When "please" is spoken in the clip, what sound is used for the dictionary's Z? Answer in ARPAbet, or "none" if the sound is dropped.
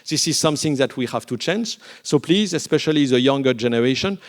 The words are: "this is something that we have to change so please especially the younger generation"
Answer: Z